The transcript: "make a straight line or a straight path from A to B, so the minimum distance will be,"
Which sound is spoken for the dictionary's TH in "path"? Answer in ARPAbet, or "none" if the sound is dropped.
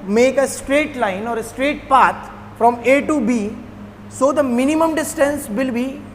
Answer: T